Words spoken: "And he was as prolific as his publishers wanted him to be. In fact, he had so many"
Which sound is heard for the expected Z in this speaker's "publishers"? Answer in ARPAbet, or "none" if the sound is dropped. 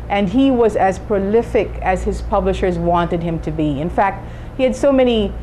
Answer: Z